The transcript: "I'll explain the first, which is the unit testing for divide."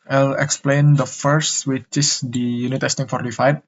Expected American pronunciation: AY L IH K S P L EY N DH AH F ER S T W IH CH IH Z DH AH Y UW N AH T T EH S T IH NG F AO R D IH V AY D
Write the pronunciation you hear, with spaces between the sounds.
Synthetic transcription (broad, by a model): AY L IH K S P L EY N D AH F ER S T W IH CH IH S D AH Y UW N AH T T EH S T IH NG F AO R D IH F AY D